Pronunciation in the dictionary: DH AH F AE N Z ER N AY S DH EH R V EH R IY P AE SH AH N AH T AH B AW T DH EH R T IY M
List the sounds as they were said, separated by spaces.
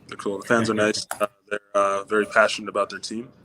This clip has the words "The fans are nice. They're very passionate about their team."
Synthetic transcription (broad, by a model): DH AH F AE N Z ER N AY S DH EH R V EH R IY P AE SH AH N AH T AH B AW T DH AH R T IY M